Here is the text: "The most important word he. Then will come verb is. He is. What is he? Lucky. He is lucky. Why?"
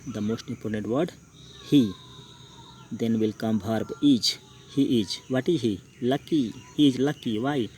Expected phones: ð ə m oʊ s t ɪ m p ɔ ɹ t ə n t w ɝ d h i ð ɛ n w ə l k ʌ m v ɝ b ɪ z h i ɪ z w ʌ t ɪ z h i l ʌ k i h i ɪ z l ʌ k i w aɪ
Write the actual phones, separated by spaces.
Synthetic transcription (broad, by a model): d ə m oʊ s t ɪ m p ɔ ɹ t ə n t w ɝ d h i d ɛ n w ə l k ʌ m b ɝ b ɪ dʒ h i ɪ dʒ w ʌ t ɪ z h i l ʌ k i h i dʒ l ʌ k i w aɪ